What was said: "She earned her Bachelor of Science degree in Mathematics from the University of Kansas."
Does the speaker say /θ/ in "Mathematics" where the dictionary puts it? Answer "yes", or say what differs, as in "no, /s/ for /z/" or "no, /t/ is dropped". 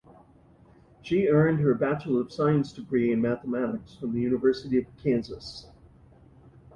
yes